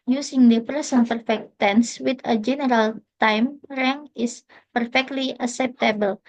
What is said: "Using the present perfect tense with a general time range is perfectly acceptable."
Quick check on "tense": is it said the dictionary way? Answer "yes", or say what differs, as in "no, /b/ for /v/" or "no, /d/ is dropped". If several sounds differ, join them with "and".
yes